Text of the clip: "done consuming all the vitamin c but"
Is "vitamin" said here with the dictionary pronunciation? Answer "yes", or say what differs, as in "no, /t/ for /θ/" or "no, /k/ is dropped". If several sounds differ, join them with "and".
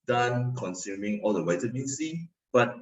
no, /w/ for /v/